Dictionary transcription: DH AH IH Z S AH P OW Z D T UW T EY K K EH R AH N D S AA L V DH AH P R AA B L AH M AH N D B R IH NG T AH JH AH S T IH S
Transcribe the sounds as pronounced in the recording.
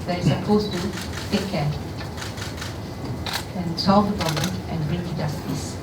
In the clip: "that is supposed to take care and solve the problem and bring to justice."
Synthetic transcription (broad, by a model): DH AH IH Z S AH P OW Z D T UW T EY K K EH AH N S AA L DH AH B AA L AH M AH N B R IH NG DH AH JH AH S T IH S